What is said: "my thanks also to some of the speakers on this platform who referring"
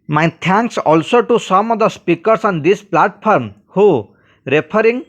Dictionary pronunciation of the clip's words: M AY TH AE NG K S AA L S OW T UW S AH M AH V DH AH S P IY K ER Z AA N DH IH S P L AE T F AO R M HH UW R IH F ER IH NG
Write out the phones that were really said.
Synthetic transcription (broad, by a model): M AY T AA NG K S AA L S OW T UW S AH M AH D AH S P IY K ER S AA N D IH S P L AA T P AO R M HH UW R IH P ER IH NG